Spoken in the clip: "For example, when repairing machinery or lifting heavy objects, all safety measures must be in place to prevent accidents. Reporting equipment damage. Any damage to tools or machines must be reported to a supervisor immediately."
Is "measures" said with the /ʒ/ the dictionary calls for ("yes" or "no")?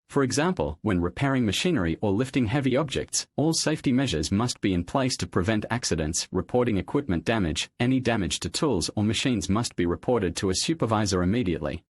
yes